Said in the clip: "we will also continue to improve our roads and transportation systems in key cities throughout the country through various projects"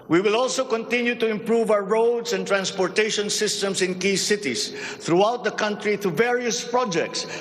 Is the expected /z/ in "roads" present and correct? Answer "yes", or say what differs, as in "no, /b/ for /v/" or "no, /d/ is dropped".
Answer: no, /s/ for /z/